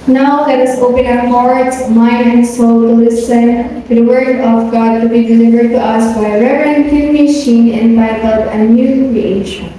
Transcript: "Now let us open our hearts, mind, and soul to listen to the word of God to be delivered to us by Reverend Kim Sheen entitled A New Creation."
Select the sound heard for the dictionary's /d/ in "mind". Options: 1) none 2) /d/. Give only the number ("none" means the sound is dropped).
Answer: 1